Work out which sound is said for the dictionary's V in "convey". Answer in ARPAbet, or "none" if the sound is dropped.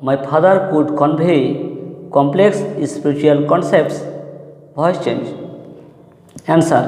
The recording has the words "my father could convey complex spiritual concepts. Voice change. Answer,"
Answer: B